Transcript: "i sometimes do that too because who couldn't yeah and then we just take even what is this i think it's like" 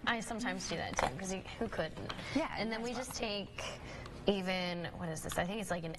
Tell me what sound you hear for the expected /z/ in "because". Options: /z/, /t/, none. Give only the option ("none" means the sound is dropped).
none